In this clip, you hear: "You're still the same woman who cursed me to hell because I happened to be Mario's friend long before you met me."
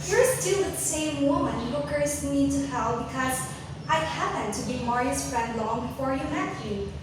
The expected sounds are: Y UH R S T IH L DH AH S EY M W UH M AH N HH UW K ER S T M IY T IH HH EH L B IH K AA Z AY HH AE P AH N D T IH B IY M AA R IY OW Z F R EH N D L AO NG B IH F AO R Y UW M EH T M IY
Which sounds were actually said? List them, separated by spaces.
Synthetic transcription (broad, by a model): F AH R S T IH W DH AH S EY M W UH M AH N HH UW K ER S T M IY T IH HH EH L B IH K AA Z AY HH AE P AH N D T IH B IY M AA R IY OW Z F R EH N D L AO NG B IH F AO R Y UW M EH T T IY